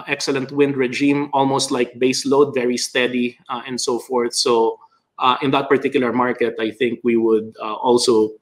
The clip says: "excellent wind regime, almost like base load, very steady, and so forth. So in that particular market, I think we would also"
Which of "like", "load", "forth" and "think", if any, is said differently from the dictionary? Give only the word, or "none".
none